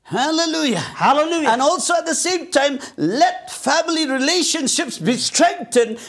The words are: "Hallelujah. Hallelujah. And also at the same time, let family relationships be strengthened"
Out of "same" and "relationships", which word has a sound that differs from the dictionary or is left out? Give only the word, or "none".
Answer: none